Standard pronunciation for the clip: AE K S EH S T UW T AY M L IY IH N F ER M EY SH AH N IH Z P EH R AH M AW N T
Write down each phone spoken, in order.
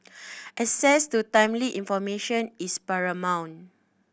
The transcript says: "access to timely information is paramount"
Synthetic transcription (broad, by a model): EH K S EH S T UW T AY M L IY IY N F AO M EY SH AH N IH S P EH R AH M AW N